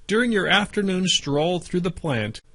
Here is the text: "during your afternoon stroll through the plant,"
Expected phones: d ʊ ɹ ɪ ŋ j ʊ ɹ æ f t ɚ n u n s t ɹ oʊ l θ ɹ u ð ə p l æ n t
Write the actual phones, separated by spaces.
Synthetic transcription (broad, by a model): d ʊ ɹ ɪ ŋ j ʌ ɹ æ f t ɚ n u n s t ɹ oʊ l θ ɹ u ð ə p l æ n t